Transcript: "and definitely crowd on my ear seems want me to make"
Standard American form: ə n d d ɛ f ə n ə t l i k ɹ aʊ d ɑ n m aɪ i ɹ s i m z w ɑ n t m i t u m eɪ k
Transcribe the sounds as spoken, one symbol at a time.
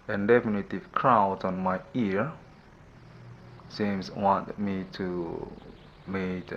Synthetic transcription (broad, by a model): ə n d d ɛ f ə n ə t i k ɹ aʊ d ɑ n m aɪ i ɹ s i m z w ɑ n t m i t u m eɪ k